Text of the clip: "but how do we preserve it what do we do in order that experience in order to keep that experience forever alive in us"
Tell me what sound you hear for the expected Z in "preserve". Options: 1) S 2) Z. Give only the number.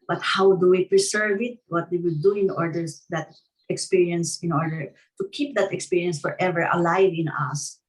1